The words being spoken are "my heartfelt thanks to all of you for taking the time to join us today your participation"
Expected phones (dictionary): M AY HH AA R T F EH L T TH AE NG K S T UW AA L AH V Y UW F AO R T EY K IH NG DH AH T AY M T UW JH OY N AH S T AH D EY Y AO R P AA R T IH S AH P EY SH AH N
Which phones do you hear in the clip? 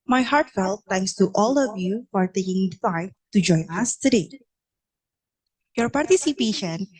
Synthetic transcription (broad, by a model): M AY HH AA R T F EH L T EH NG K S T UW AA L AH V Y UW F AO R T EY K IH NG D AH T AY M T UW JH OY N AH S T AH D EY Y AO R P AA R T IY S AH P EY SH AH N